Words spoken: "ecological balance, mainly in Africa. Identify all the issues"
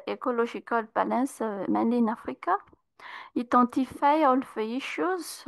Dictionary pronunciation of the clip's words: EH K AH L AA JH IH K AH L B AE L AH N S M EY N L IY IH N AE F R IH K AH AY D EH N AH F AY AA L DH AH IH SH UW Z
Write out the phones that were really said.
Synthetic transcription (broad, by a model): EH K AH L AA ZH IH K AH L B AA L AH S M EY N IY N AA F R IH K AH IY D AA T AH F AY AA L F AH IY SH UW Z